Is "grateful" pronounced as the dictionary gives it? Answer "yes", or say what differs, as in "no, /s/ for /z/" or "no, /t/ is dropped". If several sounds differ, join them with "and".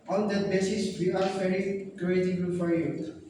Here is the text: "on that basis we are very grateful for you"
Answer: no, /f/ is dropped